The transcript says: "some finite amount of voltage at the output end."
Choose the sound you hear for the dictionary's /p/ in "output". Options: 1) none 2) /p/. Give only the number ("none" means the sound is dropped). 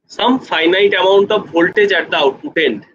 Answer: 1